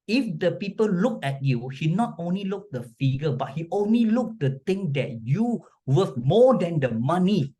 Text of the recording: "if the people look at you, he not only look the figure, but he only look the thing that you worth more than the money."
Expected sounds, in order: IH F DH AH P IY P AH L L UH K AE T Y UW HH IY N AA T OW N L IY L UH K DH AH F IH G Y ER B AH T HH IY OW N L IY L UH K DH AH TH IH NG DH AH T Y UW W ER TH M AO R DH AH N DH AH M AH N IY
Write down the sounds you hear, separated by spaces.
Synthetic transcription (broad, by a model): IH F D AH P IY P AH L L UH K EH T Y UW HH IY N AA T OW N L IY L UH K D AH F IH G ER B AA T HH IY OW N L IY L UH K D AH T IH NG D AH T Y UW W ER F M AO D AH N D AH M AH N IY